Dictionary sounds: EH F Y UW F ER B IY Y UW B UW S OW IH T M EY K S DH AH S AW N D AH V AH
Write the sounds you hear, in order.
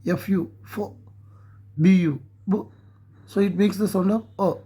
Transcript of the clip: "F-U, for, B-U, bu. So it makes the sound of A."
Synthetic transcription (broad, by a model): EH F Y UW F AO B IY Y UW B UW S OW IH T M EY K S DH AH S AW N D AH P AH